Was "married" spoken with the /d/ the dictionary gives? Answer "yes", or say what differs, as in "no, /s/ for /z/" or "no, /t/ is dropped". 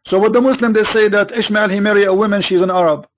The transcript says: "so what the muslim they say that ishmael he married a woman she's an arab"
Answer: no, /d/ is dropped